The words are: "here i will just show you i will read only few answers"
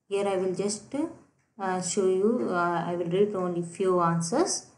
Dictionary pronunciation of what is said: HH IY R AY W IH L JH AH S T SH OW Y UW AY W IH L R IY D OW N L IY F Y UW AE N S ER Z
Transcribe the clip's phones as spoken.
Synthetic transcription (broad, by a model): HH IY R AY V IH L JH AH S T SH OW Y UW AY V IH L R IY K OW N L IY F Y UW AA N S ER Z